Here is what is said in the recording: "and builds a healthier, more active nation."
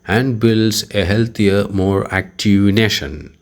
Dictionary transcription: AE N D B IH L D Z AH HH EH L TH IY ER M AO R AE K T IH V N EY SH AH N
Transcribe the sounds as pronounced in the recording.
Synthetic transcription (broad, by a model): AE N D B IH L D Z AH HH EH L T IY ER M AO R AE K T IH V N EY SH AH N